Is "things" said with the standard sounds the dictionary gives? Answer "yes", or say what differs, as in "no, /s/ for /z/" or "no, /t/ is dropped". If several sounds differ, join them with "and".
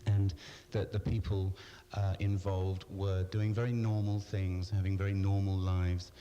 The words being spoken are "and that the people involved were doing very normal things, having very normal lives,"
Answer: yes